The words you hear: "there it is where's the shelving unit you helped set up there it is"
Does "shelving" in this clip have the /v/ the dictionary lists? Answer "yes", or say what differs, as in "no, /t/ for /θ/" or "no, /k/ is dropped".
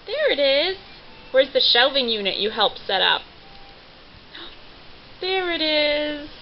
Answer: yes